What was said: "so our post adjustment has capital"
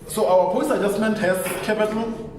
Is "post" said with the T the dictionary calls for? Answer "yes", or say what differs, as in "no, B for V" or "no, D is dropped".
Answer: no, T is dropped